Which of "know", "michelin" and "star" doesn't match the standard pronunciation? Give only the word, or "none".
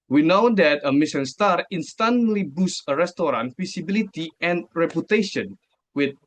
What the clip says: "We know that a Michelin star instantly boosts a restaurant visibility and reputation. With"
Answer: michelin